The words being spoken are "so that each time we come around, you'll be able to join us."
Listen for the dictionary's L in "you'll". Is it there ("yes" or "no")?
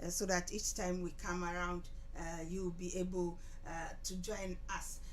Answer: no